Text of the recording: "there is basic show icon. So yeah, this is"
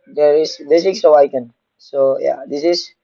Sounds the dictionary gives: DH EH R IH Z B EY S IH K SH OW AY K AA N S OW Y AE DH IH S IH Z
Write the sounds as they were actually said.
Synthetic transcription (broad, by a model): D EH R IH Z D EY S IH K S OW AY K AA N S OW Y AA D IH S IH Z